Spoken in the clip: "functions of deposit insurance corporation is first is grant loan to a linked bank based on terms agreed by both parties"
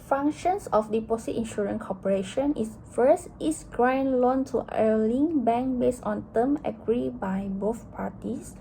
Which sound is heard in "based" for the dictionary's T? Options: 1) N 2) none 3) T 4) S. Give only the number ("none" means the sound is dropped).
2